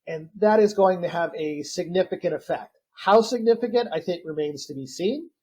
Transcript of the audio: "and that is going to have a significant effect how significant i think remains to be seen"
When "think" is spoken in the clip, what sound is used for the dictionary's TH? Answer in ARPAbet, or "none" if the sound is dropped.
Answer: TH